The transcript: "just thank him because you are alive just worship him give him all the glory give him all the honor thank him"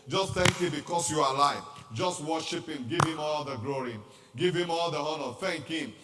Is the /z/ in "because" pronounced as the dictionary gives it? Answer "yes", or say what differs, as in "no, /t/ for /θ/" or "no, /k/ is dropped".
no, /s/ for /z/